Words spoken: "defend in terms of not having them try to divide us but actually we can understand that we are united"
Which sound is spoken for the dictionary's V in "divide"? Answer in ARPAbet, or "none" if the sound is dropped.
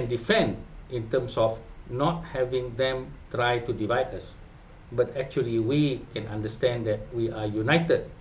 V